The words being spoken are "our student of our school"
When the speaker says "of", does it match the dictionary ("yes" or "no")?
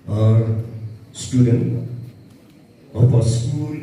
no